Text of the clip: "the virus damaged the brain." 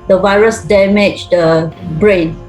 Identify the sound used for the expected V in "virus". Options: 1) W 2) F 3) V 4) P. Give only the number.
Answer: 3